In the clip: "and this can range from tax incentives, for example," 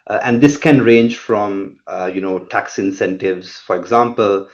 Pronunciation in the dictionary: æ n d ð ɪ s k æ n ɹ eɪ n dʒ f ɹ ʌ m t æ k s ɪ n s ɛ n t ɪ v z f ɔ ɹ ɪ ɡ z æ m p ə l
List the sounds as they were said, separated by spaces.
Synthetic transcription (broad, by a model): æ n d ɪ s k æ n ɹ eɪ n dʒ f ɹ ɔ m t æ k s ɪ n s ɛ n t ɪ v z f ɔ ɹ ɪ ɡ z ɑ m p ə l